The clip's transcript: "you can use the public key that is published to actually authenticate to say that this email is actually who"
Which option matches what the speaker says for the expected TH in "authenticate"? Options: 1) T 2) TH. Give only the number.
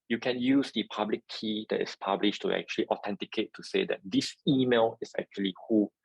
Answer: 1